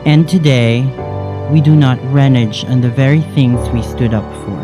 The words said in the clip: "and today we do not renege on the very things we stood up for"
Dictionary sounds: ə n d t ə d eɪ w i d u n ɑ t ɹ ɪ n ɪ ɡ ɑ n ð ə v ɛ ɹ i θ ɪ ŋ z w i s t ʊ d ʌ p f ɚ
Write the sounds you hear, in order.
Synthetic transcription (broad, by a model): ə n t ə d eɪ w i d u n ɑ t ɹ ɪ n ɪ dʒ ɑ n ð ə v ɛ ɹ i θ ɪ ŋ z w i s t ʊ d ʌ p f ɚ